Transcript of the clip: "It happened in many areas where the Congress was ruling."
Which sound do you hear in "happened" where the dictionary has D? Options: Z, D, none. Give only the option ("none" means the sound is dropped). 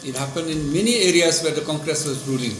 D